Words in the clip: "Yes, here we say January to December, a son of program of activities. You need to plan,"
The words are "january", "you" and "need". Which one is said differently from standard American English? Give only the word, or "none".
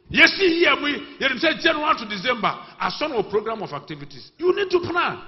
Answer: january